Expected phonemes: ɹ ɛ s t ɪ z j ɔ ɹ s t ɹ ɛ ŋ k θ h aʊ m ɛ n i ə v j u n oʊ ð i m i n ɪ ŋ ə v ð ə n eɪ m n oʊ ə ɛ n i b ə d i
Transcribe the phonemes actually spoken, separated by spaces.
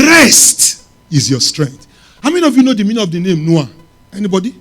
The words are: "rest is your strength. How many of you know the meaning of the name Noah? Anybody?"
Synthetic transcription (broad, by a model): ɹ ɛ s t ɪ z j ɔ s t ɹ ɛ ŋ k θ h aʊ m ɛ n i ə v j u n oʊ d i m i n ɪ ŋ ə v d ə n eɪ m n oʊ ə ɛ n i b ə d i